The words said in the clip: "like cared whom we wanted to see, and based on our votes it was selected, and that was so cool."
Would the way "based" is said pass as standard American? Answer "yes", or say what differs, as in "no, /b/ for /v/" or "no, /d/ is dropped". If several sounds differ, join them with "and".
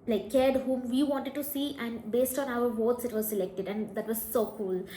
yes